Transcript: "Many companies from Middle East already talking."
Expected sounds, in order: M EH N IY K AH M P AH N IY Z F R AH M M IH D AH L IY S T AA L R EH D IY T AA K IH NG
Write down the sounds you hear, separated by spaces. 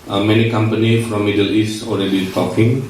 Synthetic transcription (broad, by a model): M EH N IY K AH M P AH N IY F R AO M M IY D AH L IY S T AA L R EH D IY T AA K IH NG